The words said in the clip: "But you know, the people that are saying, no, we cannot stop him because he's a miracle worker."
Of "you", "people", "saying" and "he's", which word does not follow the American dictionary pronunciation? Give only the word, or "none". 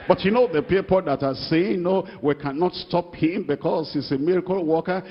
he's